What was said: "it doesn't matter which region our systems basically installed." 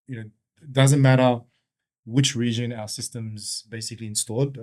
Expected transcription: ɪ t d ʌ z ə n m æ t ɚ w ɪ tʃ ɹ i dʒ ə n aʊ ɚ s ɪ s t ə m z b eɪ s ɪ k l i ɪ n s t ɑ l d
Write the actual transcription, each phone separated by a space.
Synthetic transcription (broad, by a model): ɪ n d ʌ z ə n m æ t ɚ w ɪ tʃ ɹ i dʒ ə n aʊ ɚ s ɪ s t ə m z b eɪ s ɪ k l i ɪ n s t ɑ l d